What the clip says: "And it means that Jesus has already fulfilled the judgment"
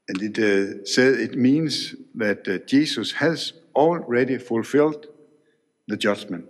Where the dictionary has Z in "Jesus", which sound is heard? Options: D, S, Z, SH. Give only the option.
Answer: S